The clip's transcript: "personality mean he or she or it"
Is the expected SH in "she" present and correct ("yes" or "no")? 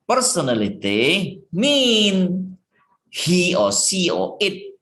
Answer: no